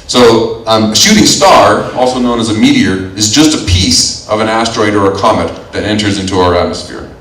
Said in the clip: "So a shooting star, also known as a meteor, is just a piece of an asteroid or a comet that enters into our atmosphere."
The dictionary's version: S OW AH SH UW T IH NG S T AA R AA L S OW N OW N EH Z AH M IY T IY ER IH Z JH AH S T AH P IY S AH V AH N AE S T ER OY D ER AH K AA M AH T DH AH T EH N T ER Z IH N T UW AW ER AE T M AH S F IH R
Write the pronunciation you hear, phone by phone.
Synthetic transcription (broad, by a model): S OW AH SH UW T IH NG S T AA R AA L S OW N OW N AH Z AH M IY T IY ER IH Z JH AH S T AH P IY S AH V AH N AE S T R OY D ER AH K AA M AH T DH AH T EH N T ER Z IH N T UW AW ER AE T M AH S F IH R